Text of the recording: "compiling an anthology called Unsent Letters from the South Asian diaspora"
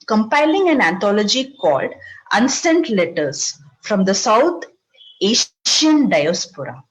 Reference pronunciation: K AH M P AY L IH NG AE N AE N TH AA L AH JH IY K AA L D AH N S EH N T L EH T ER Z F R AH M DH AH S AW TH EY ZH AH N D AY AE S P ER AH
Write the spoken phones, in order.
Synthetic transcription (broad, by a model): K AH M P AY L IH NG AE N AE N T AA L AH JH IY K AA L D AH N S EH N T L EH T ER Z F R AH M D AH S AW T EY SH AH N D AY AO S P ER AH